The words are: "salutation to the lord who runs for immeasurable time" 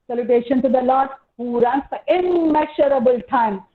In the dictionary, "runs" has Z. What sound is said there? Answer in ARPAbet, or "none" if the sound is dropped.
none